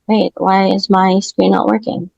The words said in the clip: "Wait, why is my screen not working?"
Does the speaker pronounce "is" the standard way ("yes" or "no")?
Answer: yes